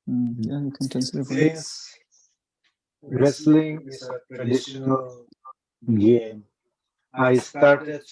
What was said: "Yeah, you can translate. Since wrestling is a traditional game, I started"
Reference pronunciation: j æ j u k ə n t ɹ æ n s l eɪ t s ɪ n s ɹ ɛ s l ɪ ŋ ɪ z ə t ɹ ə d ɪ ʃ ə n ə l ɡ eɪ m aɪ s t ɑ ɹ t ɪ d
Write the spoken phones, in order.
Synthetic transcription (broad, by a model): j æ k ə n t æ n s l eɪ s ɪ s ɹ ɛ s l ɪ ŋ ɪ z ə t ɹ ə d ɪ ʃ ə n ə l ɡ eɪ m aɪ s t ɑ ɹ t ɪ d